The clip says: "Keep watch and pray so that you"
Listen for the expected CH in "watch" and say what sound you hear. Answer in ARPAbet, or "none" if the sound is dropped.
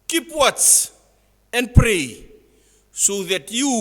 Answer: S